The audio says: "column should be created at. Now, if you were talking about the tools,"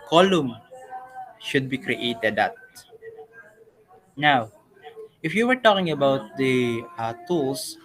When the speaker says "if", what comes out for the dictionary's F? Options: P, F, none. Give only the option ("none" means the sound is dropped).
F